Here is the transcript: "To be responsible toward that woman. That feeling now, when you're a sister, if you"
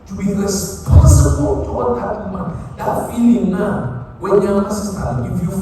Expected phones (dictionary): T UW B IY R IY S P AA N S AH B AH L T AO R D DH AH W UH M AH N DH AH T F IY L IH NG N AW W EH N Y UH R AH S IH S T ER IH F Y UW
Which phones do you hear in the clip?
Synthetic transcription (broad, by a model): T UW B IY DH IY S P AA S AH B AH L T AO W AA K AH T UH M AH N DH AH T F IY L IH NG N AW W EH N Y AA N AH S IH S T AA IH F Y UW